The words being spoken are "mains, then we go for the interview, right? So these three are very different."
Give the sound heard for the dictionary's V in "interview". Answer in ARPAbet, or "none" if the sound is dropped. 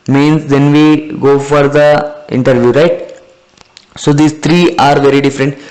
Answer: V